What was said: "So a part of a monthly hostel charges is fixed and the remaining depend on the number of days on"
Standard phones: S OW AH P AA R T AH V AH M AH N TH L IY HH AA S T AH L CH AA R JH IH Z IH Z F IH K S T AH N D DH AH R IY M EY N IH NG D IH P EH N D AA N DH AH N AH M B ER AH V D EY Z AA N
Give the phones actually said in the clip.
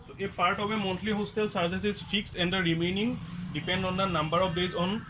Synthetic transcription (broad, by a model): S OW AH P AA R T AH B AH M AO N T L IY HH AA S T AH L S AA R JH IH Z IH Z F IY K S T AH N D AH R IY M EY N IH NG D IH P EH N D AA N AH N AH M B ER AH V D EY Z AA N